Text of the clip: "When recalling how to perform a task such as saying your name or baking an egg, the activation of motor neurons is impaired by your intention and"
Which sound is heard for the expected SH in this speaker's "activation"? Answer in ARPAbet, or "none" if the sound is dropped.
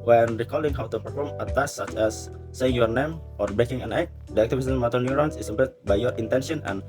S